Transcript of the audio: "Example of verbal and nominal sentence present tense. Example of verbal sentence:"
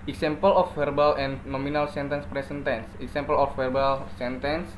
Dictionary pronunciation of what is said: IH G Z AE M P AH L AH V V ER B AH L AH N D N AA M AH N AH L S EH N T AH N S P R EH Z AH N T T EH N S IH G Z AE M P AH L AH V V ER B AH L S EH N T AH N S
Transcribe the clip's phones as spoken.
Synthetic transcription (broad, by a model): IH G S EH M P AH L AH F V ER B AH L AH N N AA M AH N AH L S EH N T AH N S P R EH S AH N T T EH N S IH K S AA M P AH L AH F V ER B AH L S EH N T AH N S